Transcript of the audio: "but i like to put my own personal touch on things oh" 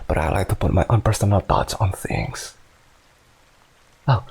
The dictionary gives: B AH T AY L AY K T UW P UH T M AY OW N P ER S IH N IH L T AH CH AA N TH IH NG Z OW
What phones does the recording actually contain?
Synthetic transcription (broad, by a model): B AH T AY L AY K T UW P UH T M AY OW N P ER S IH N IH L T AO S AA N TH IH NG S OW